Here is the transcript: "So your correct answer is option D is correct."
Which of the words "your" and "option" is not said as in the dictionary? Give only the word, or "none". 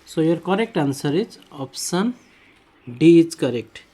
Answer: option